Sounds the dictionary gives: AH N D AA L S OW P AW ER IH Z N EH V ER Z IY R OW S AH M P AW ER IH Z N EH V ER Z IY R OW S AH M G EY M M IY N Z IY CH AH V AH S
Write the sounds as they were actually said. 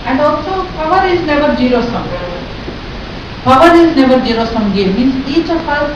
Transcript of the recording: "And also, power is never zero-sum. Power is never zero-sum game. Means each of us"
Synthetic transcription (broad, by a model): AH N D AA L S OW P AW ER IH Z N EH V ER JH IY R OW S AH M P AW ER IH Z N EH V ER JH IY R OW S AH M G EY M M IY N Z IY CH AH P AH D